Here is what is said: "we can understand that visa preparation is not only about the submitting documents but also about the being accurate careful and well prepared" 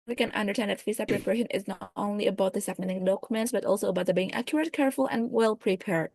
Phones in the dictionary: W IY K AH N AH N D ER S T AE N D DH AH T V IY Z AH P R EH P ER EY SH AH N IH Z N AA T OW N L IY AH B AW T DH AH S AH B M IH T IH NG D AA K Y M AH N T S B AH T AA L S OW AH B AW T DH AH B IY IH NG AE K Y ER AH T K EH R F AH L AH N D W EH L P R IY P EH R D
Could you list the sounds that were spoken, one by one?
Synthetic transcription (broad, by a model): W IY K AH N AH N D ER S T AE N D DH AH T F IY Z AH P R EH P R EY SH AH N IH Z N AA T OW N L IY AH B AW T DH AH S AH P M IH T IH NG D AA K Y M AH N T S B AH T AA L S OW AH B AW T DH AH B IY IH NG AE K Y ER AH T K EH R F AH L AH N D W EH L P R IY P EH R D